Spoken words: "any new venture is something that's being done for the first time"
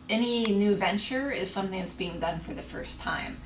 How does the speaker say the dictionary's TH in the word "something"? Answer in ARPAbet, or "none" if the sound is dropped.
TH